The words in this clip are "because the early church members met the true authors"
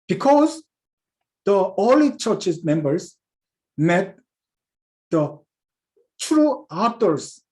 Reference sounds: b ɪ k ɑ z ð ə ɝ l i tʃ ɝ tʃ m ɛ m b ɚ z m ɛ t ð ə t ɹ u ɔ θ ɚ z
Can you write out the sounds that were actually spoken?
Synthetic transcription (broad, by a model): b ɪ k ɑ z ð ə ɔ l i tʃ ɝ tʃ m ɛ m b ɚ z m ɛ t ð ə t ɹ u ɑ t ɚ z